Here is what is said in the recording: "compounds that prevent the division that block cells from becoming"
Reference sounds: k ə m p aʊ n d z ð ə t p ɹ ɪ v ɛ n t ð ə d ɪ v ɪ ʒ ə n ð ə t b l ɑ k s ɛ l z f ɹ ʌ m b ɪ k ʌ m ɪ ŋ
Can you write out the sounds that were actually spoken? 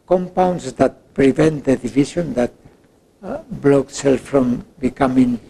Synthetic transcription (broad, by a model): k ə m p aʊ n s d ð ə t p ɹ ɪ v ɛ n t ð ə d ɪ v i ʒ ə n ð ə t b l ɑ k s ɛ l f ɹ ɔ m b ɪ k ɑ m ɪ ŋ